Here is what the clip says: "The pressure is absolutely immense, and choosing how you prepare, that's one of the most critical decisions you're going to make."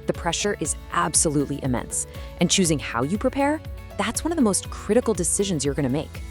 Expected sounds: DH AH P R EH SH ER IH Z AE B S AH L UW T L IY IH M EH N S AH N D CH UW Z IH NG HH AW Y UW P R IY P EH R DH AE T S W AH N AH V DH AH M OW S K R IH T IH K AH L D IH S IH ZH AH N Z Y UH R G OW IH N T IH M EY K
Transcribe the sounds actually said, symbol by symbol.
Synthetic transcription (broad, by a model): DH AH P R EH SH ER IH Z AE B S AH L UW T L IY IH M EH N S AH N CH UW Z IH NG HH AW Y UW P R IY P EH R DH AE T S W AH N AH V DH AH M OW S K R IH T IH K L D IH S IH ZH AH N Z Y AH R G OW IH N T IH M EY K